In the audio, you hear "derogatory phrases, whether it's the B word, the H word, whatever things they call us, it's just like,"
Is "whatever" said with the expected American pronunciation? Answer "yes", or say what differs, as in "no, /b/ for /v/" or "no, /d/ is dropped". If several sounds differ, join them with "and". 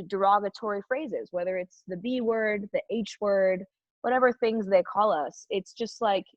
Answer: yes